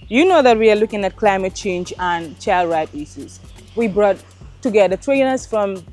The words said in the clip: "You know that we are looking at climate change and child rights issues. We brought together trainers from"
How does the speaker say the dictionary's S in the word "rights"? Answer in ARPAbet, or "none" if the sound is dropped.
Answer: none